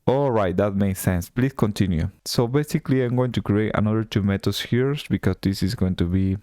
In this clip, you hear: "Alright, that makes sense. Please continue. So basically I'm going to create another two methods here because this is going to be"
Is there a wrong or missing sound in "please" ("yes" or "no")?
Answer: yes